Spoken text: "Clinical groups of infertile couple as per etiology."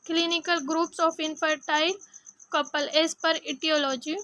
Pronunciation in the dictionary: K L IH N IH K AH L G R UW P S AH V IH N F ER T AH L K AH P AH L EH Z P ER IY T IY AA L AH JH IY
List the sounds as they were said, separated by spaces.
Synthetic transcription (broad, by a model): K L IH N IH K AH L G R UW P S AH F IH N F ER T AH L K AH P AH L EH S P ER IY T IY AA L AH JH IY